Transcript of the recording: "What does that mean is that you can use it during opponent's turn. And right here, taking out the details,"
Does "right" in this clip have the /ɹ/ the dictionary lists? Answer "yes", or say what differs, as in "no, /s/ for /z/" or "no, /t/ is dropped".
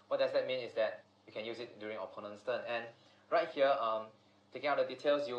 yes